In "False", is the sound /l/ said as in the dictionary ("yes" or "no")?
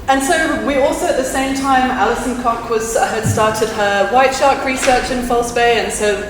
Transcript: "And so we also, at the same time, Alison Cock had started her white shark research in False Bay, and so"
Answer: yes